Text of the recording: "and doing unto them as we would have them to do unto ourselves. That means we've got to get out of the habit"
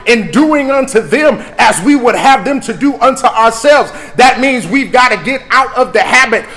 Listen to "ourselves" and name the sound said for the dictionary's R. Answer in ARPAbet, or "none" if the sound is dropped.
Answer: R